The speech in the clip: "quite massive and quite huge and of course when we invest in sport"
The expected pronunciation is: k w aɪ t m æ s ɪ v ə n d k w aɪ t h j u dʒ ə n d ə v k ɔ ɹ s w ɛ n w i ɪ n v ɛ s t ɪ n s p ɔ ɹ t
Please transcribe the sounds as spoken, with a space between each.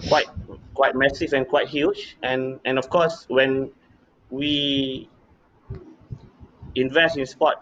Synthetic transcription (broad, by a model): k w aɪ t m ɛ s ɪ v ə n k w aɪ t h j u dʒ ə n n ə f k ɔ s w ɛ n w i ɪ n v ɛ s t ɪ n s p ɔ t